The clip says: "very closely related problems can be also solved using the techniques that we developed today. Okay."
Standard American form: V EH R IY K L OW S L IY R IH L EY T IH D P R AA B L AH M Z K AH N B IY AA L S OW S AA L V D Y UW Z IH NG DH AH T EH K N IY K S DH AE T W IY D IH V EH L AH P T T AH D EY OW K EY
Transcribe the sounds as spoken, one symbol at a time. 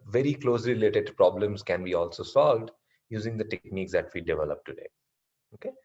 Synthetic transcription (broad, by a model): V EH R IY K L OW S L IY R IH L EY T IH D P R AA B L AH M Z K AH N B IY AA L S OW S AA L V D Y UW Z IH NG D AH T EH K N IY K S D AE T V IY D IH V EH L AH P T T AH D EY OW K EY